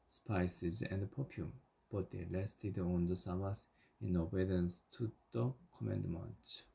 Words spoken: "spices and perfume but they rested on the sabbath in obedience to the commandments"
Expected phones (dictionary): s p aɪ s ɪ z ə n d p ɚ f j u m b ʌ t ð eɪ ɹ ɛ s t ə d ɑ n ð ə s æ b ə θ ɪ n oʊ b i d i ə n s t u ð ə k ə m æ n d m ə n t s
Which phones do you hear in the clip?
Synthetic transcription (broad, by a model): s p aɪ s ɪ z ə n d p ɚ p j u m b ʌ t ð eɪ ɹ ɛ s t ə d ɑ n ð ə s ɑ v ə s ɪ n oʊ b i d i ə n s t u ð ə k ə m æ n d m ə n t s